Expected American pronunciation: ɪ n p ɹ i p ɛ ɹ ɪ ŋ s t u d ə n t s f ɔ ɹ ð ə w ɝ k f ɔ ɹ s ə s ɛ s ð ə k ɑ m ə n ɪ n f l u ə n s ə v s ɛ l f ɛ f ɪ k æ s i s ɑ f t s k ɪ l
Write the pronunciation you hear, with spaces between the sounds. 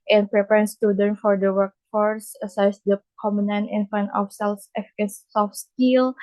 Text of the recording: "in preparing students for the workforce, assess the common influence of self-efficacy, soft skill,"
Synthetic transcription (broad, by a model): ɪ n p ɹ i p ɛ ɹ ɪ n s t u d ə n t f ɔ ɹ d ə w ɝ k f ɔ ɹ s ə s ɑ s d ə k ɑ m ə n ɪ n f u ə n ə f s ɛ l f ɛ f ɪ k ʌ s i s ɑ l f s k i l